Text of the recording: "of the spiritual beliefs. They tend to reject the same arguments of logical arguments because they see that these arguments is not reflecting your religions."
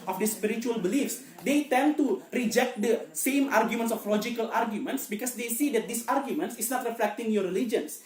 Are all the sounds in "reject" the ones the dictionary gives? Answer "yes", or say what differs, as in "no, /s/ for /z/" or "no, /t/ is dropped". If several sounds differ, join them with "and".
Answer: yes